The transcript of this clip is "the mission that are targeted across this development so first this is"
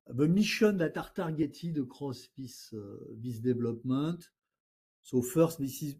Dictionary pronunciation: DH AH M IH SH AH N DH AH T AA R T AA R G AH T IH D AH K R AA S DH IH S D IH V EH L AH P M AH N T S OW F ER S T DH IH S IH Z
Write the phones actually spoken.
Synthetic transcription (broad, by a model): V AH M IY SH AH N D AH T AA R T AA R G AH T IH D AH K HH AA S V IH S D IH V L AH P M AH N T S OW F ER S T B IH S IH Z